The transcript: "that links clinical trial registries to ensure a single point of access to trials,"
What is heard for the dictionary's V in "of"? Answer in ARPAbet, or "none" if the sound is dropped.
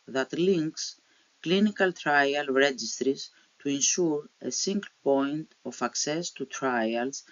F